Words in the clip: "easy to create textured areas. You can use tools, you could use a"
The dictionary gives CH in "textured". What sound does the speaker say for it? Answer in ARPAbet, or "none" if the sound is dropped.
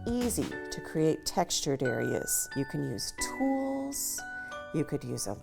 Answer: CH